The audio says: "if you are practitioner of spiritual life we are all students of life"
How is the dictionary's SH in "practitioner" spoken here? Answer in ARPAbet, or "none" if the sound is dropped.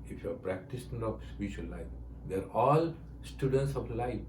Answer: S